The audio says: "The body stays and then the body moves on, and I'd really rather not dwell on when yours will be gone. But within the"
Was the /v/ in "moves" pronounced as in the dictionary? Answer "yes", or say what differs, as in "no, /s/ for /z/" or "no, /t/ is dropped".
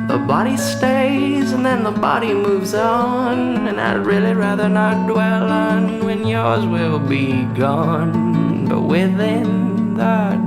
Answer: yes